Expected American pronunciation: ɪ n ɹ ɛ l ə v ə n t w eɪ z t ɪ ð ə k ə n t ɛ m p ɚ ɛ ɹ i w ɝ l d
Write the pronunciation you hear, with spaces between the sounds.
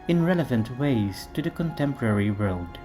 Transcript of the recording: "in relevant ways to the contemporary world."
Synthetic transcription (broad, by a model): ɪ n ɹ ɛ l ə v ə n t w eɪ z t ɪ ð ə k ə n t ɛ m p ɚ ɛ ɹ i w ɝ l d